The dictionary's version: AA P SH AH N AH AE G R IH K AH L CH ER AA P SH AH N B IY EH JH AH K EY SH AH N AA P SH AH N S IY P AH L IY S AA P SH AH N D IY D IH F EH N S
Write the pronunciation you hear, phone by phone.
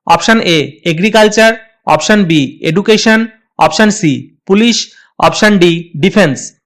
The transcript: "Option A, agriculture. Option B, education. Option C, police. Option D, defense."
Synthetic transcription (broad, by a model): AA P SH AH N AH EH G R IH K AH L CH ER AA P SH AH N B IY EH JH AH K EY SH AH N AA P SH AH N S IY P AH L IY SH AA P SH AH N D IY D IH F EH N S